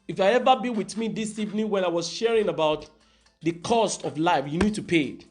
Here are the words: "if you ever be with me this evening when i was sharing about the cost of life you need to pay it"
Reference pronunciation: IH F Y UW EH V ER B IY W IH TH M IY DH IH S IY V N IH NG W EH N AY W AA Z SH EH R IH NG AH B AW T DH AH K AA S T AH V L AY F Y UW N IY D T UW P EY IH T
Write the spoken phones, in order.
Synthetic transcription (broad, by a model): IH F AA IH EH V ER B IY W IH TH M IY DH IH S IY V N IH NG W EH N AY W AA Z SH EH R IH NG AH B AW T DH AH K AA S T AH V L AY F Y UW N IY D T UW P EY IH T